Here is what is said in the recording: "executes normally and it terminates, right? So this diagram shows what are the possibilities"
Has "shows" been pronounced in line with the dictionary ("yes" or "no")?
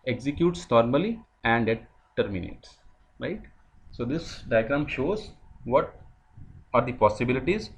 yes